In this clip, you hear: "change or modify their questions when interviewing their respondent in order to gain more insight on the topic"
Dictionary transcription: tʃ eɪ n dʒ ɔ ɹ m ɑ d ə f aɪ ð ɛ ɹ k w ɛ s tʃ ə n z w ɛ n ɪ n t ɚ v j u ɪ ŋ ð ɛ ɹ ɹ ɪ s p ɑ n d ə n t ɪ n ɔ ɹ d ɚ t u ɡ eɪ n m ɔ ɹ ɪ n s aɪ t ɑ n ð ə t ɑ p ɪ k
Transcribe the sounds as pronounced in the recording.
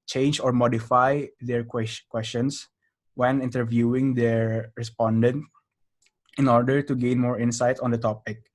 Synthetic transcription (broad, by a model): tʃ eɪ n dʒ ɔ ɹ m ɑ d ə f aɪ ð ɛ ɹ k w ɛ s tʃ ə n s w ɛ n ɪ n t ɚ v j u ɪ ŋ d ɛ ɹ ɹ ɪ s p ɑ n d ə n t ɪ n ɔ ɹ d ɚ t u ɡ eɪ n m ɔ ɹ ɪ n s aɪ t ɑ n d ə t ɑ p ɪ k